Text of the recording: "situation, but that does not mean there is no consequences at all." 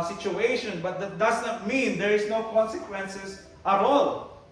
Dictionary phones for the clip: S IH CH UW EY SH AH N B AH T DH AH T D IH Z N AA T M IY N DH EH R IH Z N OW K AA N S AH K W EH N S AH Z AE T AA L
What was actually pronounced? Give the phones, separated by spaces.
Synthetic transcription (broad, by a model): S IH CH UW EY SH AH N B AH T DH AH T D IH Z N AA T M IY N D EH R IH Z N OW K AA N S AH K W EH N S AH S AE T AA L